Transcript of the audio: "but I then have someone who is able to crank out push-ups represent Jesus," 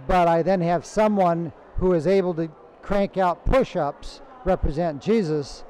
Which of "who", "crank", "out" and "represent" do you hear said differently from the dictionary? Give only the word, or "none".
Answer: none